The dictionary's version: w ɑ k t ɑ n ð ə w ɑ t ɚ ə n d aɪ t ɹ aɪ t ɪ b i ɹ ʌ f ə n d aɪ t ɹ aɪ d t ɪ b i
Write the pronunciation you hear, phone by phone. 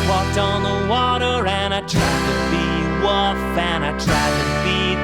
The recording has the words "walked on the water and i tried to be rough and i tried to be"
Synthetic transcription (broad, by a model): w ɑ k t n ð ə w ɑ t ɚ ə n aɪ t ɹ aɪ t ɪ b i w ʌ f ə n aɪ t ɹ aɪ d t ɪ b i